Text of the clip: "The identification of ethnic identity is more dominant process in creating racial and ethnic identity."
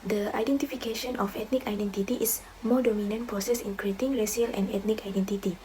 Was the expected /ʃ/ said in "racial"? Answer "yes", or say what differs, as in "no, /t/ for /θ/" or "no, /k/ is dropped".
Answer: no, /s/ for /ʃ/